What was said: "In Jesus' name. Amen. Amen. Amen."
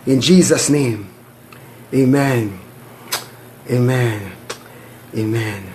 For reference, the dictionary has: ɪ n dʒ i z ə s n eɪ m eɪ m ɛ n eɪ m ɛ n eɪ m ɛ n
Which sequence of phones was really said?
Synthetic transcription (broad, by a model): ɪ n dʒ i z ə s n eɪ m eɪ m ɛ n eɪ m ɛ n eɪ m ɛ n